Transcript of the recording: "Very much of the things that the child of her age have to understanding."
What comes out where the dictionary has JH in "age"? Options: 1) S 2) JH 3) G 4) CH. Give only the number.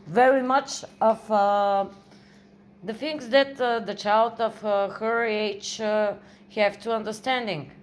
4